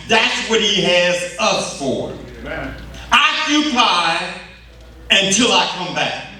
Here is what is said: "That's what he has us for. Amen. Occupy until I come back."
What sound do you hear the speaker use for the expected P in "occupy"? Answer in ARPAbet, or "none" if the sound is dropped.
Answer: none